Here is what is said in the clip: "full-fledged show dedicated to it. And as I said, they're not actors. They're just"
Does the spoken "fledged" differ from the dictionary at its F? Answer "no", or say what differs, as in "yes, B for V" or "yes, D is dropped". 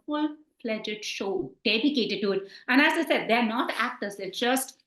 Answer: yes, P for F